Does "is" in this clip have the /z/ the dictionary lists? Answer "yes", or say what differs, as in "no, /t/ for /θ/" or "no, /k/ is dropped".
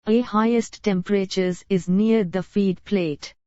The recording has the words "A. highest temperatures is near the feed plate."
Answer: yes